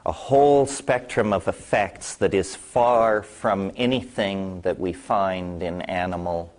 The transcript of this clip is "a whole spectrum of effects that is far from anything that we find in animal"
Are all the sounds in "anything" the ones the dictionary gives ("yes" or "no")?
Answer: yes